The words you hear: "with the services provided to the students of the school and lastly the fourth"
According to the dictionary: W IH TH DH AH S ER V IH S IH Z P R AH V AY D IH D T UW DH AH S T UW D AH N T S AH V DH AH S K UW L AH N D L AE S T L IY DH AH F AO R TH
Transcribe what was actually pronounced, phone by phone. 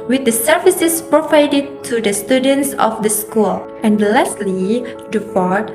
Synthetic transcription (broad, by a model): W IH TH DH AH S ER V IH S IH S P R AH V AY D IH D T UW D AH S T UW D AH N T S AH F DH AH S K UW L AH N D L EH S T L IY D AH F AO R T